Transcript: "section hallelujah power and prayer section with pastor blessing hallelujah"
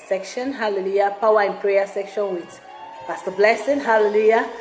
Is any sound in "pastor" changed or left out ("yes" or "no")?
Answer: yes